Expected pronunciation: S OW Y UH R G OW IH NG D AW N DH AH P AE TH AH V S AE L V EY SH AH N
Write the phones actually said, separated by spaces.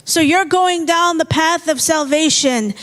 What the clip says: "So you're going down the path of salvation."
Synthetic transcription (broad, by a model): S OW Y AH R G OW IH NG D AW N DH AH P AE TH AH V S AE L V EY SH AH N